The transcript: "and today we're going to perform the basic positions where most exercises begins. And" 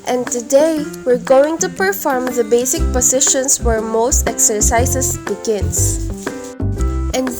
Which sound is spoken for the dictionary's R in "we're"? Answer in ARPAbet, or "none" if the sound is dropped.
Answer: R